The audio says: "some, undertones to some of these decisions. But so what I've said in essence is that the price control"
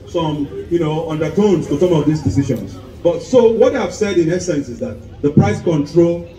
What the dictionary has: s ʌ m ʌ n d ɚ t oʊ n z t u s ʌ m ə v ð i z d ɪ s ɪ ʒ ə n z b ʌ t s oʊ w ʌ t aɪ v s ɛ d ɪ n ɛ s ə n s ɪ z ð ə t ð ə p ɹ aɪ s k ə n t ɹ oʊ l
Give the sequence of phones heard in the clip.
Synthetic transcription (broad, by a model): s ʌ m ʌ n d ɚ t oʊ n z t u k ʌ m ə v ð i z d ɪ s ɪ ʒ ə n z b ʌ t s oʊ w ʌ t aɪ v s ɛ d ɪ n ɛ s ə n s ɪ z ð ə t ð ə p ɹ aɪ s k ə n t ɹ oʊ l